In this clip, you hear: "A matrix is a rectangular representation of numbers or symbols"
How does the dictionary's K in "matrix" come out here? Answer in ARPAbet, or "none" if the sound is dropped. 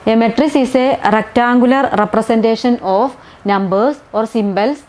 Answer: none